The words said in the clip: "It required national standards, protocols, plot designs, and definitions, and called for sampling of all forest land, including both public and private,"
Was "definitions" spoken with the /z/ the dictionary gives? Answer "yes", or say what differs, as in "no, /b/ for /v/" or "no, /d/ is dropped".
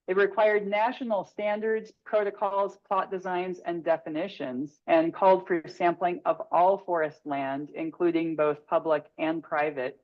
yes